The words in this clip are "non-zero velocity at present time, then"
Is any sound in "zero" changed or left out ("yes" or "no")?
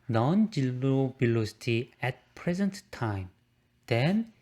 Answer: yes